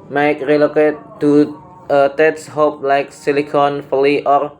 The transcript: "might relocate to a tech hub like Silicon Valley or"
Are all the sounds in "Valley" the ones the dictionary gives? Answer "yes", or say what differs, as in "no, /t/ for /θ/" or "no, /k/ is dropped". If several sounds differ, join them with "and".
no, /f/ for /v/